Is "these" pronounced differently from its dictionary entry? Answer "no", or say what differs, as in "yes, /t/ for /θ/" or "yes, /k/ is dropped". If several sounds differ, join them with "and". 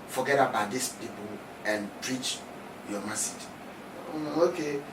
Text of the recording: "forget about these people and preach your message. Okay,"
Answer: yes, /s/ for /z/